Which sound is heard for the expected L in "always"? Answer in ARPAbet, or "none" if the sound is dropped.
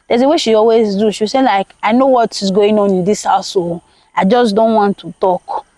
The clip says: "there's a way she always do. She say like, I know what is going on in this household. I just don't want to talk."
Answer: L